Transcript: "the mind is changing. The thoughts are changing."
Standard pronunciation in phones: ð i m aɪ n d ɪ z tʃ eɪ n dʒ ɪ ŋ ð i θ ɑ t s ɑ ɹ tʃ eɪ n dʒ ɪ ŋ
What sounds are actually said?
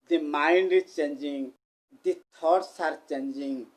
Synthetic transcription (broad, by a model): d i m aɪ n d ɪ tʃ eɪ n dʒ ɪ ŋ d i t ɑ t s ɑ ɹ tʃ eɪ n dʒ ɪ ŋ